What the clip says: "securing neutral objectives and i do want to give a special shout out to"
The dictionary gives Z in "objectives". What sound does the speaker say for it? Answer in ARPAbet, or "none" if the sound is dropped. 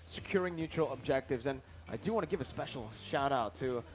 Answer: Z